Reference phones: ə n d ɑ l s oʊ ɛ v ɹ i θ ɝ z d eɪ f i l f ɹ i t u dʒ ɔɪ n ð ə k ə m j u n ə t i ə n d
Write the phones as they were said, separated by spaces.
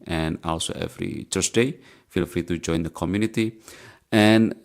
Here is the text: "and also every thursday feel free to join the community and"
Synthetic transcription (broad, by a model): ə n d ɑ l s oʊ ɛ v ɹ i t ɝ s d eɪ f i l f ɹ i t u dʒ ɔɪ n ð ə k ə m j u n ə t i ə n